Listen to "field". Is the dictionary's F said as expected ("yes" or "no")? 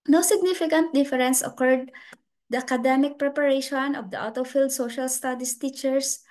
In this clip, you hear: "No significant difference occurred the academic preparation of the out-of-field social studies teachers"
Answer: yes